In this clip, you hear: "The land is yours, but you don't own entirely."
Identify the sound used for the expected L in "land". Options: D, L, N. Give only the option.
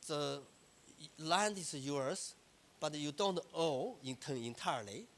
L